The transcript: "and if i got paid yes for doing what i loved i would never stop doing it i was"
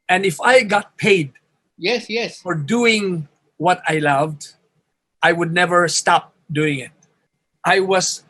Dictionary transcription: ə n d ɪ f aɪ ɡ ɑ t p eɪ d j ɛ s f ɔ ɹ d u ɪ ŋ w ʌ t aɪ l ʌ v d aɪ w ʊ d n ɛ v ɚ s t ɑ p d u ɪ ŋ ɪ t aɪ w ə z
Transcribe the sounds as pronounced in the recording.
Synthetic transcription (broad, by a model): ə n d ɪ f aɪ ɡ ɑ t p eɪ d j ɛ s f ɔ ɹ d u ɪ ŋ w ʌ t aɪ l ʌ v d aɪ w ʊ d n ɛ v ɚ s t ɑ p d u ɪ ŋ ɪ t aɪ w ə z